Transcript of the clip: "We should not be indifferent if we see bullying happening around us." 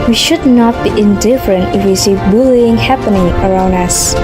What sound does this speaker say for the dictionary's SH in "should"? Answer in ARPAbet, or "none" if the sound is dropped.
SH